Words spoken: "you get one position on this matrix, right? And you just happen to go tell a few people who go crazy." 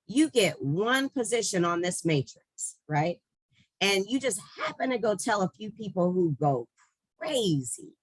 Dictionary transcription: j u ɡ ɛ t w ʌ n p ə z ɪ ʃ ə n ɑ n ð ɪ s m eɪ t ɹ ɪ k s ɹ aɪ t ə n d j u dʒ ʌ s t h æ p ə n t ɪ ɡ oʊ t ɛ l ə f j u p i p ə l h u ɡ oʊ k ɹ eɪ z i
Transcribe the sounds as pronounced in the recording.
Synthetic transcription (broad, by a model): j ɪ ɡ ɛ t w ʌ n p ə z ɪ ʃ ə n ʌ n ð ɪ s m eɪ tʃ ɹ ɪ k s ɹ aɪ t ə n j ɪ dʒ ʌ s t h æ p ə n t ɪ ɡ oʊ t ɛ l ə f j u p i p l h u ɡ oʊ k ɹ eɪ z i